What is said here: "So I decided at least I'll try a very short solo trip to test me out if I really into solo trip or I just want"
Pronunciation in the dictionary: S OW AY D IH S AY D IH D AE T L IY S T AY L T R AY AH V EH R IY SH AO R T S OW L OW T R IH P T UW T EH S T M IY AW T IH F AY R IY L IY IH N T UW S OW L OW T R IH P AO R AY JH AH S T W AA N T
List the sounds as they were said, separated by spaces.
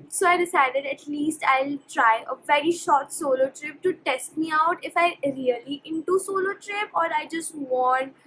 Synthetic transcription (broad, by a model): S OW AY D IH S AY D IH D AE T L IY S T AY L T R AY AH V EH R IY SH AO R T S OW L OW T R IH P T UW T EH S T M IY AW T IH F AY R IY L IY IH N T UW S OW L OW T R IH P AO R AY JH AH S T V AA N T